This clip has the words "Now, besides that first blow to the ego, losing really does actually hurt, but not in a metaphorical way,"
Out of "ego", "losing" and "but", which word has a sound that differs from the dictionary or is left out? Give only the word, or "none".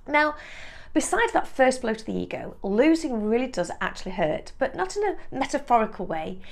none